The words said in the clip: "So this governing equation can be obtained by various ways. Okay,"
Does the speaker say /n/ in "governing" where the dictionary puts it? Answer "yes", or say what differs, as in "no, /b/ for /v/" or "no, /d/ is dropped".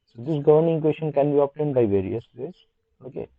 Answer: yes